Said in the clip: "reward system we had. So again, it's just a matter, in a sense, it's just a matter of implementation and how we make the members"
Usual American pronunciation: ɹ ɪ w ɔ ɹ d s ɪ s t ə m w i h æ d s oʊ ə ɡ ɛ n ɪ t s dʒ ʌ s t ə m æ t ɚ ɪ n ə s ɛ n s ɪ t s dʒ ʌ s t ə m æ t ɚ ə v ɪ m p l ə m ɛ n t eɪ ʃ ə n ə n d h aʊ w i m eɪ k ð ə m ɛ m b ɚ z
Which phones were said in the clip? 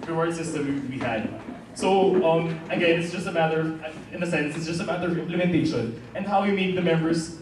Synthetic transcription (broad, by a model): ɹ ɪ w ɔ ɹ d s ɪ s t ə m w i h æ d s oʊ ə ɡ ɛ n ɪ t s dʒ ʌ s t ə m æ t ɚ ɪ n ə s ɛ n s ɪ t s dʒ ʌ s t ə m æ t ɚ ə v ɪ m p l ə m ɛ n t eɪ ʃ ə n ə n d h aʊ w i m eɪ k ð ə m ɛ m b ɚ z